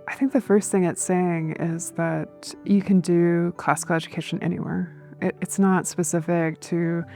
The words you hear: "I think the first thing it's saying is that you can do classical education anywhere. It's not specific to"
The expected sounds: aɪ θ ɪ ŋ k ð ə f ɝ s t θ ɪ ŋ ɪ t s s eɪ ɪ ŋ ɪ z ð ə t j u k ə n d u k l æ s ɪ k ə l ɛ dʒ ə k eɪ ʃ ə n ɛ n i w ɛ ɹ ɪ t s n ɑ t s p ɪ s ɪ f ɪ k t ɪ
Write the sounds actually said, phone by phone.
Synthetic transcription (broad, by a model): aɪ θ ɪ ŋ k ð ə f ɝ s t θ ɪ ŋ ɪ t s s eɪ ɪ ŋ ɪ z ð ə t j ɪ k ə n d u k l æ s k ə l ɛ dʒ ə k eɪ ʃ ə n ɛ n i w ɛ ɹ ɪ t s n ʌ t s p ɪ s ɪ f ɪ k t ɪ